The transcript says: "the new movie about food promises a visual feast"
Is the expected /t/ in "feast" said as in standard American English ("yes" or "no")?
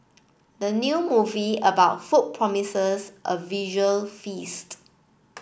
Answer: yes